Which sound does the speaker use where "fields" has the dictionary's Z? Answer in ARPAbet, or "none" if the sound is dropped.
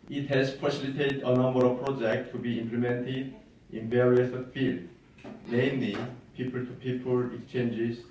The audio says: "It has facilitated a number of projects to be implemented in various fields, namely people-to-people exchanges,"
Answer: none